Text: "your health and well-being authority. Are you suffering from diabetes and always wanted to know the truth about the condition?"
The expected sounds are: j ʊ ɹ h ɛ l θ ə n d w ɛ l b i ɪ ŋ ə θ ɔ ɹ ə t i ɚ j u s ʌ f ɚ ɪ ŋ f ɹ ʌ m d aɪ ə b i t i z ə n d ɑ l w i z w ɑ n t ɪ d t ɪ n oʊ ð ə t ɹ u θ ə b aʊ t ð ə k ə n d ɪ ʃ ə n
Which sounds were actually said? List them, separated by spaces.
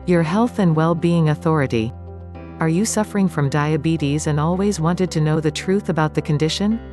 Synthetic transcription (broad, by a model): j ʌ ɹ h ɛ l θ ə n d w ɛ l b i ɪ ŋ ə θ ɔ ɹ ə t i ɚ j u s ʌ f ɚ ɪ ŋ f ɹ ʌ m d aɪ ə b i t i z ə n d ɑ l w i z w ɑ n t ɪ d t ɪ n oʊ ð ə t ɹ u θ ə b aʊ t ð ə k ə n d ɪ ʃ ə n